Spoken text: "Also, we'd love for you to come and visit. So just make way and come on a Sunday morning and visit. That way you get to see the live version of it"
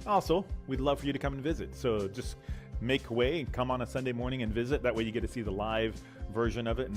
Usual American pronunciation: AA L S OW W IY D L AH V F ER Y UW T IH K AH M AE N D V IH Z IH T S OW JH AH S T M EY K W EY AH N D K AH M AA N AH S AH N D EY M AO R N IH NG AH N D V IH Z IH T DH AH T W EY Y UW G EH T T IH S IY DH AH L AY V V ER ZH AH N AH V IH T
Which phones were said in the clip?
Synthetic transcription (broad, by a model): AA L S OW W IY D L AH V F ER Y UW T IH K AH M N V IH Z IH T S OW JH AH S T M EY K W EY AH K AH M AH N AH S AH N D EY M AO R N IH NG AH N V IH Z IH T DH AH T W EY Y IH G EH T T IH S IY DH AH L AY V V ER ZH AH N AH V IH T